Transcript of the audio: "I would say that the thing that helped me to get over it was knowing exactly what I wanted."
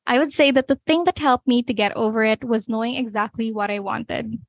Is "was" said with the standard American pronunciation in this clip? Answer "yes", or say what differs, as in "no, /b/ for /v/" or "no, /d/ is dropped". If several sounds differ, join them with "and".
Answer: yes